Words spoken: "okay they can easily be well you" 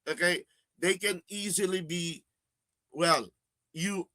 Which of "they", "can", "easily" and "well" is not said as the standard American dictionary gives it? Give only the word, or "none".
none